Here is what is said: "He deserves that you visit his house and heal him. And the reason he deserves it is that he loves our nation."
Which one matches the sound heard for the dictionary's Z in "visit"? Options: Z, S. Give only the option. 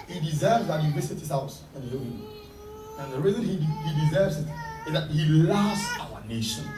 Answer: S